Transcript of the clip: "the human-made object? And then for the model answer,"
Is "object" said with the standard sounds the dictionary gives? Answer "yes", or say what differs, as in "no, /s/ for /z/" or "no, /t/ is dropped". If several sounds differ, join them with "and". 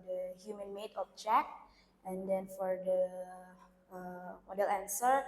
no, /t/ is dropped